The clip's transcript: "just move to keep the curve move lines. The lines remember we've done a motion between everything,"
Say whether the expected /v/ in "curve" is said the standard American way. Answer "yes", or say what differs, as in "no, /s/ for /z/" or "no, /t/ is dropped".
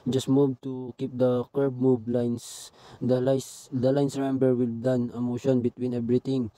no, /b/ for /v/